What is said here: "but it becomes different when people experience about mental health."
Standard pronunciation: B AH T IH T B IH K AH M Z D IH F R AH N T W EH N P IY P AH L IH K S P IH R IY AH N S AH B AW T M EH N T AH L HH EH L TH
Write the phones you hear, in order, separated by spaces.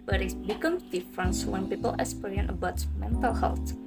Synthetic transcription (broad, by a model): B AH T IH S B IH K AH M D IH F R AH N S W EH N P IY P AH L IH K S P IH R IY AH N AH B AW T M EH N T AH L HH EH L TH